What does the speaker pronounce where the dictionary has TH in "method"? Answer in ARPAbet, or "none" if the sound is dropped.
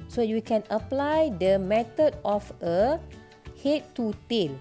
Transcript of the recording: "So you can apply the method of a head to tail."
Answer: T